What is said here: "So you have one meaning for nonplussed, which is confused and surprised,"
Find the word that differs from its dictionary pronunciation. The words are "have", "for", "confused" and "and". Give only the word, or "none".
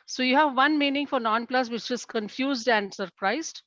none